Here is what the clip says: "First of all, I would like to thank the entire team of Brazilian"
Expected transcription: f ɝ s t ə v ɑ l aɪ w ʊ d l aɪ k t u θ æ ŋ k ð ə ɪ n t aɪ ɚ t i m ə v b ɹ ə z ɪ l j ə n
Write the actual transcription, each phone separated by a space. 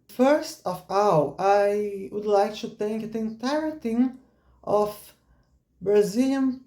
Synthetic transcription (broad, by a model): f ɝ s t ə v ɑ w aɪ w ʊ d l aɪ k t u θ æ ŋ k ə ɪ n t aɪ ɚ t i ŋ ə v b ɹ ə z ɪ l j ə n